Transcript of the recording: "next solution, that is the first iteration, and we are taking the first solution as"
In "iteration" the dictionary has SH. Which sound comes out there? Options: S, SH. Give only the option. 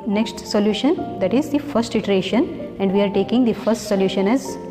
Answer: SH